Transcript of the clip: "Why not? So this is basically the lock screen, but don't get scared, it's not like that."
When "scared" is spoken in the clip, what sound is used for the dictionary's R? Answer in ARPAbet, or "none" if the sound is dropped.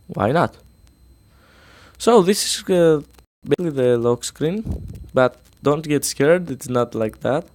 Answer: R